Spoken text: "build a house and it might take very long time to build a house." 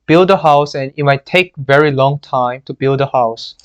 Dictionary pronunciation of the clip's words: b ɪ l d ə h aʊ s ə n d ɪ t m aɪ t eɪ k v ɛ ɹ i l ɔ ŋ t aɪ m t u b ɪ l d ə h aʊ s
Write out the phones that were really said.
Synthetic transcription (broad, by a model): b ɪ l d ə h aʊ s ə n ɪ t m aɪ t eɪ k v ɛ ɹ i l ɔ ŋ t aɪ m t u b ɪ l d ə h aʊ s